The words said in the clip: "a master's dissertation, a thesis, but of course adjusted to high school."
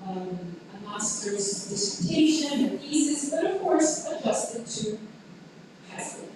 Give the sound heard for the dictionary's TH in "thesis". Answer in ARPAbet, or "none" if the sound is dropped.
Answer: F